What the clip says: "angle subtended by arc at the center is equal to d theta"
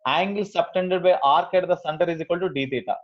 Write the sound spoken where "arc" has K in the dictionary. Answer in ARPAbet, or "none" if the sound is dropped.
K